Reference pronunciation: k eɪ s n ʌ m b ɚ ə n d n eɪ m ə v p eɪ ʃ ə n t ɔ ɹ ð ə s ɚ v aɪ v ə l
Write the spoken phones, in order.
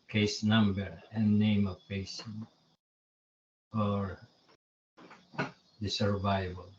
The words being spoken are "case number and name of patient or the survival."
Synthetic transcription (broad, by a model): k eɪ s n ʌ m b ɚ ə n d n eɪ m ə v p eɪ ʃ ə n ɔ ɹ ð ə s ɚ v aɪ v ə l